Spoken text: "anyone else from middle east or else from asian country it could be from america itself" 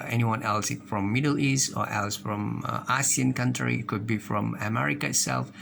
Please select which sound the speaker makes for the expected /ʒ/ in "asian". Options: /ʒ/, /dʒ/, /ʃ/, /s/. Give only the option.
/s/